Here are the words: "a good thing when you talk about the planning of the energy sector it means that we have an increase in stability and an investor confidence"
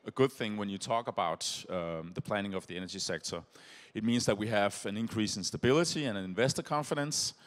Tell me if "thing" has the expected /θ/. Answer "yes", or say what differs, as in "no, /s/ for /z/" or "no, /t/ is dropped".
yes